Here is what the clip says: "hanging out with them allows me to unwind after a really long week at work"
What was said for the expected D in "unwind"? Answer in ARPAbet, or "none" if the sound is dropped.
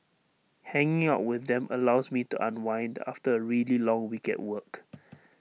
D